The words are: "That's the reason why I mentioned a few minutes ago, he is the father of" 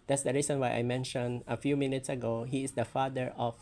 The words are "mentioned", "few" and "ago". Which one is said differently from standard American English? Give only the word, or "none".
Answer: mentioned